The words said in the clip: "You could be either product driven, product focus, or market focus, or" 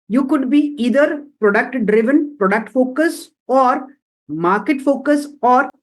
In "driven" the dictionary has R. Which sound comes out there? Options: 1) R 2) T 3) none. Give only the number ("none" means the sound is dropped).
1